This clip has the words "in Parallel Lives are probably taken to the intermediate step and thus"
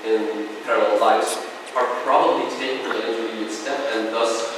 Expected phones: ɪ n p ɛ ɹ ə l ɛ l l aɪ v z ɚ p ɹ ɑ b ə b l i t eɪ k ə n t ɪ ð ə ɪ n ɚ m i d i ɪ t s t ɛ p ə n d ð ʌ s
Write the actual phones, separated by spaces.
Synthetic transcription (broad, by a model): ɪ n p ɛ ɹ ə l ɛ l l aɪ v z ɚ p ɹ ɑ b ə b l i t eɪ ə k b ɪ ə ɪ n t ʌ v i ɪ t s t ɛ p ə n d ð ʌ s